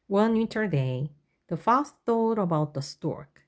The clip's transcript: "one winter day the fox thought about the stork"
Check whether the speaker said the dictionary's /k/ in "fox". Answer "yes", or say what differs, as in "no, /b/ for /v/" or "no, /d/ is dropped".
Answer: no, /k/ is dropped